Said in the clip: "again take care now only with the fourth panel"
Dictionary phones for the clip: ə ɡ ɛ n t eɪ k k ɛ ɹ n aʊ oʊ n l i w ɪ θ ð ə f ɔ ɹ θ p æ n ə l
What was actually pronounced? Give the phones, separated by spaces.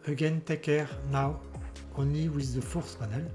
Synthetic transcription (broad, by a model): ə ɡ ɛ n t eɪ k k ɛ ɹ n aʊ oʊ n i w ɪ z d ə f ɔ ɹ s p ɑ n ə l